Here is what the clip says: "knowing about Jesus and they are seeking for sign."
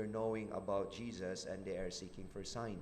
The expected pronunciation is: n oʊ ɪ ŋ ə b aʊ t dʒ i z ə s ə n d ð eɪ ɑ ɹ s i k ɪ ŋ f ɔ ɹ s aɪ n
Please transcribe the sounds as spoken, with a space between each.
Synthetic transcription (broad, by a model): n oʊ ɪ ŋ ə b aʊ t dʒ i z ə s ə n d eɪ ɑ ɹ s i k ɪ ŋ f ɔ ɹ s aɪ n